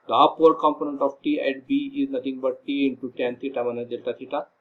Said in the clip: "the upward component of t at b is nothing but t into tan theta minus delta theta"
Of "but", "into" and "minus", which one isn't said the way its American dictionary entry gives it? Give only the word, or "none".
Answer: minus